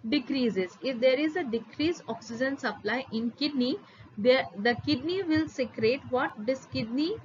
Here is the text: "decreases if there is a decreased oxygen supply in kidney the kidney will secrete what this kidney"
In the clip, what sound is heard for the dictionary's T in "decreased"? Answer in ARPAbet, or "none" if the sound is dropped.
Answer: none